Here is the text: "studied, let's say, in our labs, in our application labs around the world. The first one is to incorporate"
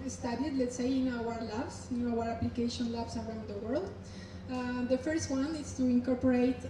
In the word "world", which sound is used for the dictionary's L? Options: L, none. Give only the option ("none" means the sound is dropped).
L